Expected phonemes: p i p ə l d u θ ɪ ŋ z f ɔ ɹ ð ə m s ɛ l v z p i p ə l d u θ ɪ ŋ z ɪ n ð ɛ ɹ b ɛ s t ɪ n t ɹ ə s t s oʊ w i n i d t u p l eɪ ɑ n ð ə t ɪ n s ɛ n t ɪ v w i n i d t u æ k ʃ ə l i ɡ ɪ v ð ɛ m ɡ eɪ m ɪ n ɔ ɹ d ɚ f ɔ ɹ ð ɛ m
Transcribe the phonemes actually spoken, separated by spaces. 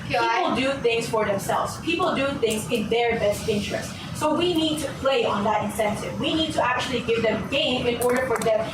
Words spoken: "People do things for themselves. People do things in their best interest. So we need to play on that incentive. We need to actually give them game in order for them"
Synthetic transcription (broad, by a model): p i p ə l d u θ ɪ ŋ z f ɔ ɹ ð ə m s ɛ l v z p i p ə l d u θ ɪ ŋ z ɪ n ð ɛ ɹ b ɛ s t ɪ n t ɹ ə s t s oʊ w i n i d t u p l eɪ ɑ n ð ə t ɪ n s ɛ n t ɪ v w i n i d t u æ k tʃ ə l i ɡ ɪ v ð ɛ m ɡ eɪ m ɪ n ɔ ɹ d ɚ f ɔ ɹ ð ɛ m